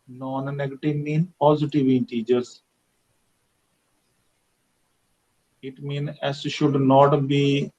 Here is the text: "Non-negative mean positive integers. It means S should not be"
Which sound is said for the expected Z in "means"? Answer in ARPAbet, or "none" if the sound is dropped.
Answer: none